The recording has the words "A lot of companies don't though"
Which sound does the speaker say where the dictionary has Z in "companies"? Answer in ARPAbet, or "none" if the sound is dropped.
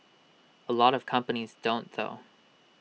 Z